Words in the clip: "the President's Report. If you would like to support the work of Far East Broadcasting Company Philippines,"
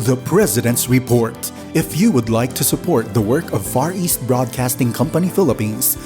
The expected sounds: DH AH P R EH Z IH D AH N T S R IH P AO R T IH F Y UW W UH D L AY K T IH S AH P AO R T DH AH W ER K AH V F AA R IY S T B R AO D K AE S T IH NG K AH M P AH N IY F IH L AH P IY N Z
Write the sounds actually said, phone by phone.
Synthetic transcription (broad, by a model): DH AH P R EH Z IH D AH N T S R IH P AO R T IH F Y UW W UH D L AY K T IH S AH P AO R T DH AH W ER K AH V F AA R IY S T B R AO D K AE S T IH NG K AH M P AH N IY F IH L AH P IY N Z